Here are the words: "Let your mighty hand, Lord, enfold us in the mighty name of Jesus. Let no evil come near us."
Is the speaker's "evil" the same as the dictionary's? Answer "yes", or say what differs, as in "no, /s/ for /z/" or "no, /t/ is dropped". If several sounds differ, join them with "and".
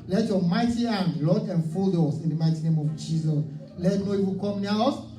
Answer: no, /w/ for /v/